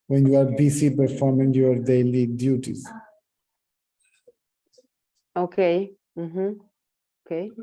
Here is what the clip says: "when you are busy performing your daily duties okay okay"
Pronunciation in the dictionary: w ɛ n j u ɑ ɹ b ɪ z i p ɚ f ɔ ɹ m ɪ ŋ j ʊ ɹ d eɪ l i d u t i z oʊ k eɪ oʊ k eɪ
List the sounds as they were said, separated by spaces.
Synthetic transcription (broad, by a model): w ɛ n j u ɑ ɹ b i s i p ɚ f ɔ ɹ m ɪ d j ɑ ɹ d eɪ l i d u t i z oʊ k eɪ oʊ k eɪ